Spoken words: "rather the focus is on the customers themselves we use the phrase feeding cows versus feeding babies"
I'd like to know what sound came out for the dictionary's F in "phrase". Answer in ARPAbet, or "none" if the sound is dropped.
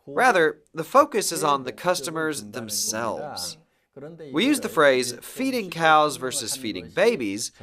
F